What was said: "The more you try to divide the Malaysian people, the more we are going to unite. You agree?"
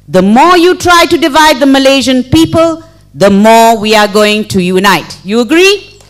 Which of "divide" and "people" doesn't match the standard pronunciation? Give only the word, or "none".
none